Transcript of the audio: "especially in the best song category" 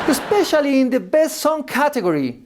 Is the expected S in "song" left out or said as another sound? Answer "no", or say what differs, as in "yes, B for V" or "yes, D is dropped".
no